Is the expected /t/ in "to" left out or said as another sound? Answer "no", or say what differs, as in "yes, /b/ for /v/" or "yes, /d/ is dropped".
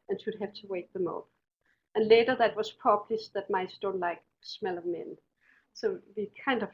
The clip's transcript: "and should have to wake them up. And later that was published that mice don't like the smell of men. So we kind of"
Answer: no